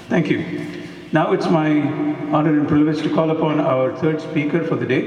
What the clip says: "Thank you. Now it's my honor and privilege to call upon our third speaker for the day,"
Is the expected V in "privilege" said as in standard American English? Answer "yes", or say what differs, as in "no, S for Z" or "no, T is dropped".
no, V is dropped